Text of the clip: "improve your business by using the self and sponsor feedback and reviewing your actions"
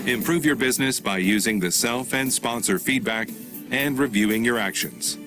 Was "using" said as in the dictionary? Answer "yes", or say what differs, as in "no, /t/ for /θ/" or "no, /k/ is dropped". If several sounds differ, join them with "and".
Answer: yes